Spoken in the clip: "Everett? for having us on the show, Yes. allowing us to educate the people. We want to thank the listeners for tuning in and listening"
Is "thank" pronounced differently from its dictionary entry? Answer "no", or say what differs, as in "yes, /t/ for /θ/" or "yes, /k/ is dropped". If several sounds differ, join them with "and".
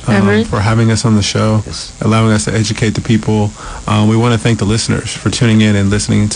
no